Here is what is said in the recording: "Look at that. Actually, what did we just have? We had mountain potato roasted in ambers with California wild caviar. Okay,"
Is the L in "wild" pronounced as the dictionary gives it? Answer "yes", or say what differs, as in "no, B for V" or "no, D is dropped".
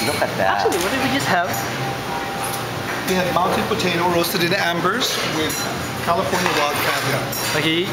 no, L is dropped